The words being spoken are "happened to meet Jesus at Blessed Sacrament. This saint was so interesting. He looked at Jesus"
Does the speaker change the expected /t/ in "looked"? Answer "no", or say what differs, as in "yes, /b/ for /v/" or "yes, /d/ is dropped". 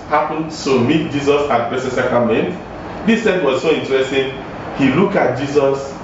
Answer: yes, /t/ is dropped